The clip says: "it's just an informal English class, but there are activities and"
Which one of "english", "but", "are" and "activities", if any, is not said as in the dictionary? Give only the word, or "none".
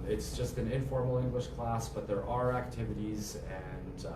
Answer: none